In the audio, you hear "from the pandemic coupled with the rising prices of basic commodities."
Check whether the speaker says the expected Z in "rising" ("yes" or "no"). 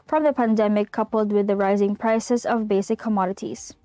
yes